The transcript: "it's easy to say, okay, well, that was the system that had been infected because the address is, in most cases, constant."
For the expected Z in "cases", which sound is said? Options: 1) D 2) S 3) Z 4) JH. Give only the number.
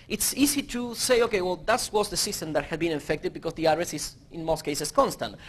2